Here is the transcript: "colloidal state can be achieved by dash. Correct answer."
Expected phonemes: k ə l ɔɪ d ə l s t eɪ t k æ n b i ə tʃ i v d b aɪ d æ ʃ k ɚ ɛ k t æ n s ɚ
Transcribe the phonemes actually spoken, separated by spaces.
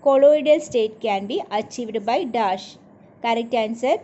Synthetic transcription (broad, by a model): k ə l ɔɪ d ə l s t eɪ t k æ n b i ə tʃ i v d b aɪ d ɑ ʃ k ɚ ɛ k t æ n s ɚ